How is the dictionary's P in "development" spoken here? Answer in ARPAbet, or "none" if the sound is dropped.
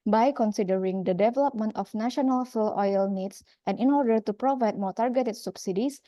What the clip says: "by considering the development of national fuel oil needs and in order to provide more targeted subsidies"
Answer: P